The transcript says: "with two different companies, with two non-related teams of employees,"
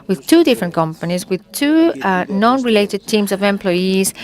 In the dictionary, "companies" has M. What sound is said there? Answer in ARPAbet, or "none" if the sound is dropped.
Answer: M